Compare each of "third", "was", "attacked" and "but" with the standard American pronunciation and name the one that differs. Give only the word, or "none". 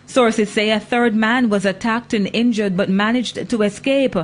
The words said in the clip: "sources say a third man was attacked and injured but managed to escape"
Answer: none